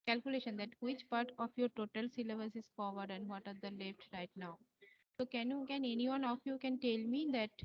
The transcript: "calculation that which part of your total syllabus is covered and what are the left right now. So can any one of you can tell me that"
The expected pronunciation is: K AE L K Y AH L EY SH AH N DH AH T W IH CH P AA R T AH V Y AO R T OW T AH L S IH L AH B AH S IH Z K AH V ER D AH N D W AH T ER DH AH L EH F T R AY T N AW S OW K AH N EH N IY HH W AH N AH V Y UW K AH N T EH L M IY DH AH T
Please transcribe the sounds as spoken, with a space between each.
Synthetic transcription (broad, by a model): K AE L K Y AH L EY SH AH N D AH T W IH CH P AA R T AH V Y AO R T OW T AH L S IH L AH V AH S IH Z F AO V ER D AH N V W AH T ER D AH L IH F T R AY T N AW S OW K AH N EH N IY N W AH N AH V Y UW K AH N T EH L M IY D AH T